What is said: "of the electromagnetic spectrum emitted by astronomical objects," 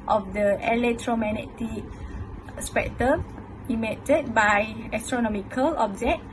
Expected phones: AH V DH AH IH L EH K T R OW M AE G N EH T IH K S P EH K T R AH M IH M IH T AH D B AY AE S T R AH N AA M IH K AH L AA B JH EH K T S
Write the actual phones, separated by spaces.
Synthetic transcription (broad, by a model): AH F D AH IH L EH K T R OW M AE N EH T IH S P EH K T AH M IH M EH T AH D B AY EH S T R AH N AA M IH K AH L AA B JH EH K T